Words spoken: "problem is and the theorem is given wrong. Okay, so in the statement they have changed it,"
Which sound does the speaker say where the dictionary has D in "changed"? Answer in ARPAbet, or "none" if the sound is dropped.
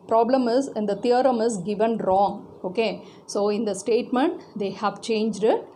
D